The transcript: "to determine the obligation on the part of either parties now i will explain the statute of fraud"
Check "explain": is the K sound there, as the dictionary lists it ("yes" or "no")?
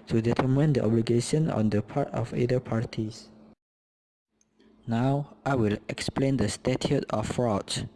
yes